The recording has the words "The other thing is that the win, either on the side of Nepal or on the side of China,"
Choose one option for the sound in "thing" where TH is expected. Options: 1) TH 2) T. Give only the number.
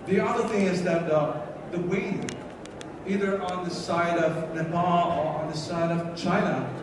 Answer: 1